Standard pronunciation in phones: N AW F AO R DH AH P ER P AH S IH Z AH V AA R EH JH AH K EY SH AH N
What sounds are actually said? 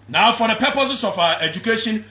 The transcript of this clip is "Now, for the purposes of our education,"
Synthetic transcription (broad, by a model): N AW F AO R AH P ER P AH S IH S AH F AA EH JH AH K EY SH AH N